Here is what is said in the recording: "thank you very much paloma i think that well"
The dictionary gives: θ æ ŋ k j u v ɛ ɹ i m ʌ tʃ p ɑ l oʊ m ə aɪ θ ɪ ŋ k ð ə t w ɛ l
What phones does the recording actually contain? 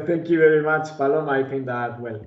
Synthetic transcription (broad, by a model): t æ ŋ k j u v ɛ ɹ i m ʌ tʃ f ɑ l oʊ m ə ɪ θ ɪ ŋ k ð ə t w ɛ l